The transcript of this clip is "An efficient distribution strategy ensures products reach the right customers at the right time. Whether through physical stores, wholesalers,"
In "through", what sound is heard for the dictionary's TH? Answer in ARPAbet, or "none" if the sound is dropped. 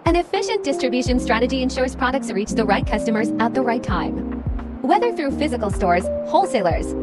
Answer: TH